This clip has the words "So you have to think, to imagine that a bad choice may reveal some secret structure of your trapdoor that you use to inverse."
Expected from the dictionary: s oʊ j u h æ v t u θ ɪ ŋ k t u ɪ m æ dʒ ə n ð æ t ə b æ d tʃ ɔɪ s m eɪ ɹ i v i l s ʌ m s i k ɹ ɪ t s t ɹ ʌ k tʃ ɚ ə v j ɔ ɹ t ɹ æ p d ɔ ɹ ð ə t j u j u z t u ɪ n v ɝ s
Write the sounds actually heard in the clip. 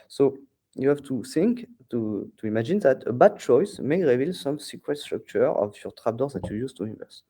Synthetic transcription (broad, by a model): s oʊ j u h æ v t u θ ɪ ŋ k t u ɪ m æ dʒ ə n ð æ t ə b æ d tʃ ɔɪ s m eɪ ɹ i v i l s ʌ m s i k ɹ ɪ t s t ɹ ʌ k tʃ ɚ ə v j ɔ ɹ t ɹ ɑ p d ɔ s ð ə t j u j u z t u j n v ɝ s